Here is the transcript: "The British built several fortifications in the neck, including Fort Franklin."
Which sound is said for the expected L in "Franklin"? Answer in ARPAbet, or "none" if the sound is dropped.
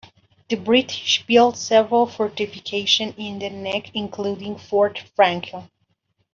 none